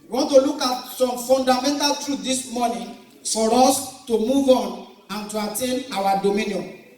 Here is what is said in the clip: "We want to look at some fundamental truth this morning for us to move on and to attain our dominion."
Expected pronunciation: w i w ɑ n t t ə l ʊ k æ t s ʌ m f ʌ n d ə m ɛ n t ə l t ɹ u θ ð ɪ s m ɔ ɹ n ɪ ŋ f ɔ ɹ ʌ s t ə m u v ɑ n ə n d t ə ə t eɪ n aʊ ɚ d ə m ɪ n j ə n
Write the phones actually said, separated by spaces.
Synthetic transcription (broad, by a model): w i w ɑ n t t ə l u k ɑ t s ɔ m f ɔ n d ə m ɛ n t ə l t ɹ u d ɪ s m ɔ n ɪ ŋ f ɔ ɹ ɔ s t ə m u v ɑ n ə n t ə ə t eɪ n aʊ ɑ d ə m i n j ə n